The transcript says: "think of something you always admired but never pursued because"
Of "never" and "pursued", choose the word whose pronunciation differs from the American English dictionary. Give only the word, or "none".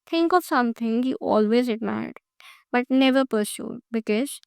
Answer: none